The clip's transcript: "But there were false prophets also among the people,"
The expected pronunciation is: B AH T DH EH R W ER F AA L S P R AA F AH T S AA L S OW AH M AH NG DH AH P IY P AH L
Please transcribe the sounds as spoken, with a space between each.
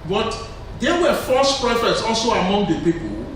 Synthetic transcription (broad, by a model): B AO T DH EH W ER F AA S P R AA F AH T S AA L S OW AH M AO NG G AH P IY P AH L